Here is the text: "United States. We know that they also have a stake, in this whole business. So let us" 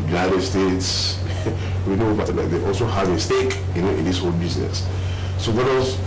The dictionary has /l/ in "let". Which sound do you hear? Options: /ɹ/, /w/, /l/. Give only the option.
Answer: /w/